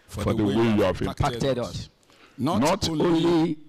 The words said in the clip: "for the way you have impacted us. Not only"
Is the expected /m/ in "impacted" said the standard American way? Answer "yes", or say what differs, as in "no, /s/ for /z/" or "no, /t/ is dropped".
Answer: no, /m/ is dropped